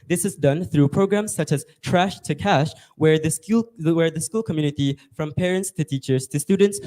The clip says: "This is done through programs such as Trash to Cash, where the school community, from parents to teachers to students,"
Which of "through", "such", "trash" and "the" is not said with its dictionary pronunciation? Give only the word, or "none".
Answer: none